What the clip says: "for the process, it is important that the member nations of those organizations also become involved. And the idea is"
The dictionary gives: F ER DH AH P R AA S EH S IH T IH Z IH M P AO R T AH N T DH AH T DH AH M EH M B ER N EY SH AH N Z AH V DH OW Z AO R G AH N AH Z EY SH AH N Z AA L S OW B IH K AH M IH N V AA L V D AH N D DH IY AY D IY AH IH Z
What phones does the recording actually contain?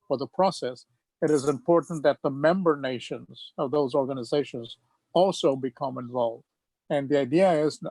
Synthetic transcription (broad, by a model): F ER DH AH P R AA S EH S IH T IH Z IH M P AO R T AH N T DH AH T DH AH M EH M B ER N EY SH AH N Z AH V DH OW Z AO R G AH N AH Z EY SH AH N Z AA L S OW B IH K AH M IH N V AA L V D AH N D DH IY AY D IY AH IH Z